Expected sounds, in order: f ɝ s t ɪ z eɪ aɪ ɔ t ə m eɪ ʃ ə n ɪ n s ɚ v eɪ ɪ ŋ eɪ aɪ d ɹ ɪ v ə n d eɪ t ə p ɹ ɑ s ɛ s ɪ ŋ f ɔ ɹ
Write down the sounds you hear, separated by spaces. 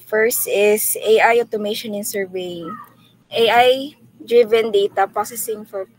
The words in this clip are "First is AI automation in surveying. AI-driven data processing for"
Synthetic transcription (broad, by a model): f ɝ s t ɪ s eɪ aɪ ɔ t ə m eɪ ʃ ə n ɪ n s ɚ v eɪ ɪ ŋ eɪ aɪ d ɹ ɪ v ə n d eɪ t ə p ɑ s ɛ s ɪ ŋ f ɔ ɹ